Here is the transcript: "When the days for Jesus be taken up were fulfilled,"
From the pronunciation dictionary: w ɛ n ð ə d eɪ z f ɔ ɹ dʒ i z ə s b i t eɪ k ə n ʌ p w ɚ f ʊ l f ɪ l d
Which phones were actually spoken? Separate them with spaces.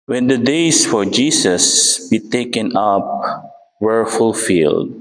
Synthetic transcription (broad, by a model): w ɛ n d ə d eɪ s f ɔ ɹ dʒ i s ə s b i t eɪ k ə n ʌ p w ɚ f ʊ l f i l d